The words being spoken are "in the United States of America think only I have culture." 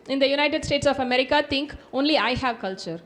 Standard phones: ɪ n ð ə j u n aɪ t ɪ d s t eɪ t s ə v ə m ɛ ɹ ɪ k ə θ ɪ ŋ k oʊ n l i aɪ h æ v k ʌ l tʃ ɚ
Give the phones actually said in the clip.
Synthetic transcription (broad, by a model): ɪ n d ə j u n aɪ t ɪ d s t eɪ t s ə f ə m ɛ ɹ ɪ k ə t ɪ ŋ k oʊ n l i aɪ h æ v k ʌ l tʃ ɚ